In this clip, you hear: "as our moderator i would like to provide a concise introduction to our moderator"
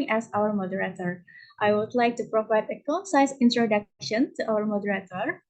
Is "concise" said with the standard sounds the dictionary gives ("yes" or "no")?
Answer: no